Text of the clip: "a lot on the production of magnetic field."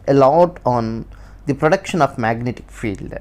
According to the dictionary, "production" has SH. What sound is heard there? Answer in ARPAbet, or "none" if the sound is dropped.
SH